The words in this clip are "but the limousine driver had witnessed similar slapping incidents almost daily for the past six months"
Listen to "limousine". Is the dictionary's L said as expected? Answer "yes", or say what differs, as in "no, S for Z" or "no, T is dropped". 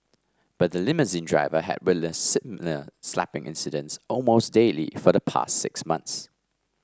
yes